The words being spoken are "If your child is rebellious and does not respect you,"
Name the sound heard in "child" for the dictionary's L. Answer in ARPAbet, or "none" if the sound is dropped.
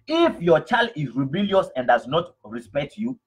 L